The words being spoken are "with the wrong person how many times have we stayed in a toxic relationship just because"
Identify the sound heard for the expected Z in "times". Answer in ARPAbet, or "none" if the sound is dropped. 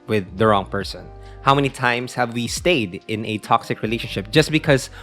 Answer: S